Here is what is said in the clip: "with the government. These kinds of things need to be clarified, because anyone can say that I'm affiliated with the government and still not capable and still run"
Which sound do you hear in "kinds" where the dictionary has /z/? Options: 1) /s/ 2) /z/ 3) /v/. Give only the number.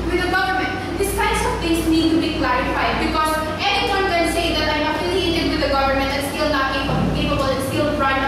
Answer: 1